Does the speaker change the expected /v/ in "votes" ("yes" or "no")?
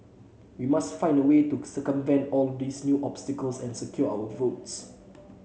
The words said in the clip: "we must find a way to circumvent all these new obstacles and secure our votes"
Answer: no